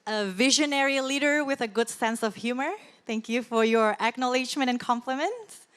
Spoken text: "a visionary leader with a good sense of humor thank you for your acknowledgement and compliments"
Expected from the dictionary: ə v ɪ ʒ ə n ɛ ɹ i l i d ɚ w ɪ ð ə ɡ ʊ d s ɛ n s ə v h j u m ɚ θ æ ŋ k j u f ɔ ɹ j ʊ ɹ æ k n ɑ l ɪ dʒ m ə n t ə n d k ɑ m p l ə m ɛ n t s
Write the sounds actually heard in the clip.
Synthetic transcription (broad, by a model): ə v ɪ ʒ ə n ɛ ɹ i l i d ɚ w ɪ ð ə ɡ ʊ d s ɛ n s ə v h j u m ɚ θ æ ŋ k j u f ɔ ɹ j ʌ ɹ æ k n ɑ l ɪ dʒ m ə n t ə n k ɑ m p l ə m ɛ n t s